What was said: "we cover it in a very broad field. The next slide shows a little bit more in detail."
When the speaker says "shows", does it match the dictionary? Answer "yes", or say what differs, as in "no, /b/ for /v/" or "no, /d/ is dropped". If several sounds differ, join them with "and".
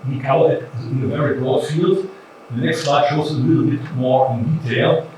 no, /z/ is dropped